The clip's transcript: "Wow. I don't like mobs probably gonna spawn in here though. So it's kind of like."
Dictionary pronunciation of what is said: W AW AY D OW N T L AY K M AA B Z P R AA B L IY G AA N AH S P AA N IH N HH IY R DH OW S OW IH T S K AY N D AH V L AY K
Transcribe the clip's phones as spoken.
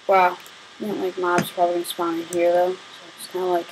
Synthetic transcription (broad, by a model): W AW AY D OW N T L AY K M AA B Z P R AA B IY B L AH S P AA IH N HH IY R DH OW S OW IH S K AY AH L AY K